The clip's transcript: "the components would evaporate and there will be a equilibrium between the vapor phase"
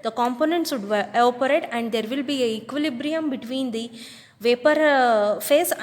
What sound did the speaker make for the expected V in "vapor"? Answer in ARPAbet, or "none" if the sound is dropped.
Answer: V